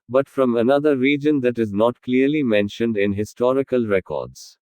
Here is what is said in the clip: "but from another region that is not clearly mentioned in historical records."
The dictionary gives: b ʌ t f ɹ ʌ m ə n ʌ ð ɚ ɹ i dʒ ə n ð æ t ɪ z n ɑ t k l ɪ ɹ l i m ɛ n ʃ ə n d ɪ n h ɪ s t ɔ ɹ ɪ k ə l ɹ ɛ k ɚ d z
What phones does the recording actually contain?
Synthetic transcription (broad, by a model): b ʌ t f ɹ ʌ m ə n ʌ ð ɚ ɹ i dʒ ə n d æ t ɪ z n ɑ t k l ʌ ɹ l i m ɛ n ʃ ə n d ɪ n h ɪ s t ɔ ɹ ɪ k ə l ɹ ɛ k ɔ d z